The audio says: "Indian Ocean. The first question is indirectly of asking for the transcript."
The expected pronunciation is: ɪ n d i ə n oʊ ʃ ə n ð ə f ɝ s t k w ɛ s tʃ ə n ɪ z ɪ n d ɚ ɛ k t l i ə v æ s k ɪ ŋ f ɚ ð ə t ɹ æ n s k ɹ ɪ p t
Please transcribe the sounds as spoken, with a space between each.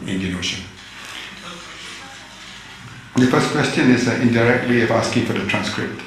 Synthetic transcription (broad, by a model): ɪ n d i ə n oʊ ʃ ə n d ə f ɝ s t k w ɛ s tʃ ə n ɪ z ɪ n d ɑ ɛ k t w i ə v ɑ s k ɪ ŋ f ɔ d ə t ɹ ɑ n s k ɹ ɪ p t